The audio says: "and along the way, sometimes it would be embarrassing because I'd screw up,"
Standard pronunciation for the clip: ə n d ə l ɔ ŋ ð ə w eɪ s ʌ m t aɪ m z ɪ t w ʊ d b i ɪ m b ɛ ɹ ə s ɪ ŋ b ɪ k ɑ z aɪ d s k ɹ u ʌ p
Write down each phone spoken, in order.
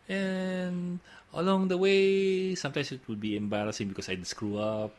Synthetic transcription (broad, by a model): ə n ə l ɔ ŋ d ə w eɪ s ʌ m t aɪ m s ɪ t w ʊ d b i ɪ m b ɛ ɹ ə s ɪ ŋ b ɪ k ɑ s aɪ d s k ɹ u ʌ p